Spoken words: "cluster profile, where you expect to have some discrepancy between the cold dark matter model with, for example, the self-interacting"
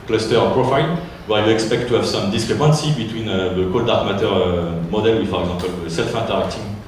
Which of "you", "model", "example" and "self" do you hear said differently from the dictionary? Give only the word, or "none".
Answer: example